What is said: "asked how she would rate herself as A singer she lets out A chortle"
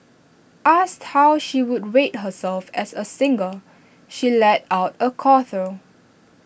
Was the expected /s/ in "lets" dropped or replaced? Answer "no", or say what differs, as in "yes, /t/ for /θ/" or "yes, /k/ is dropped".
yes, /s/ is dropped